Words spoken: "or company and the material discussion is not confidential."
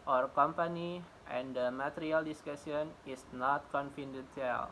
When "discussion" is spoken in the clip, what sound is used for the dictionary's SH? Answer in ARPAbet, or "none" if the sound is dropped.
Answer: S